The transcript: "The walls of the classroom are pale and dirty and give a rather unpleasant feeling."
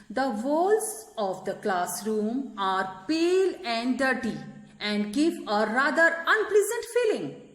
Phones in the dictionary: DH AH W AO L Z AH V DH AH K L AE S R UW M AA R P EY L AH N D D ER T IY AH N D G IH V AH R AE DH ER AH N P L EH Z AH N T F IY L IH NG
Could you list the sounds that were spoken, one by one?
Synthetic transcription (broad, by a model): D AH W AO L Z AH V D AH K L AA S R UW M AA R P EY L AH N D D ER T IY AH N D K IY P AH R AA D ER AH N P L EH Z AH N T F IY L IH NG